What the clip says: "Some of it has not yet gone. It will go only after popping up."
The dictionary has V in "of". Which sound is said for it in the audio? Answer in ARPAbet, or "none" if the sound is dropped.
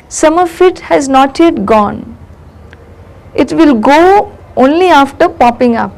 F